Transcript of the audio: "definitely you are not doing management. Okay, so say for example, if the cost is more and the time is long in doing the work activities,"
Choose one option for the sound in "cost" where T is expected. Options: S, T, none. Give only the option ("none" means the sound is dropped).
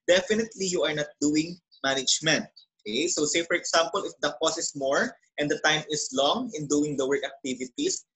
none